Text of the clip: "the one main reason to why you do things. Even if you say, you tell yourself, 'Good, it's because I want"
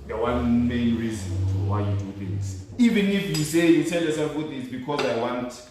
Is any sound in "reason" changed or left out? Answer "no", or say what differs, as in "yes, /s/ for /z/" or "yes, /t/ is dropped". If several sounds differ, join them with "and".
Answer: no